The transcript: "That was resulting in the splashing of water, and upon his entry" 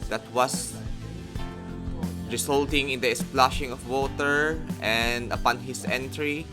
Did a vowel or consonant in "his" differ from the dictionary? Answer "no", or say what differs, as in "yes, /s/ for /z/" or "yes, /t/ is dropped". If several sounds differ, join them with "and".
yes, /s/ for /z/